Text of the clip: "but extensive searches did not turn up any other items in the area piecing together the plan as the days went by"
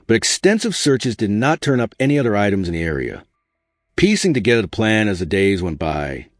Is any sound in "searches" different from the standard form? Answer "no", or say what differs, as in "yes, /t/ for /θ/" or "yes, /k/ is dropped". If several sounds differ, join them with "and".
no